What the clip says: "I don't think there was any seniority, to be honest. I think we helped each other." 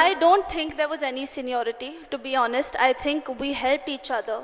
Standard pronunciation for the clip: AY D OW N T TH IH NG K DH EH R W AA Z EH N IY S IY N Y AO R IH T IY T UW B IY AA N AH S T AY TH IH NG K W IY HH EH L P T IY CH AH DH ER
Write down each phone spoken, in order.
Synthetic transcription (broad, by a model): AY D OW N T T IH NG K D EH R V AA Z EH N IY S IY N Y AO R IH T IY T UW B IY AA N AH S T AY T IH NG K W IY HH EH L P T IY CH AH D ER